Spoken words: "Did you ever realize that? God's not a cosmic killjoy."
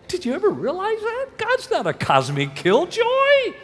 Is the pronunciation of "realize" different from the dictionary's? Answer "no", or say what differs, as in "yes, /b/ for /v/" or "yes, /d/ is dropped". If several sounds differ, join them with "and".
no